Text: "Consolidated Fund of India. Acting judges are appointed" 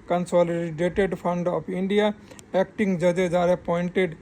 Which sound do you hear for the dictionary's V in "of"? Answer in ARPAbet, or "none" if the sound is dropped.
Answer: P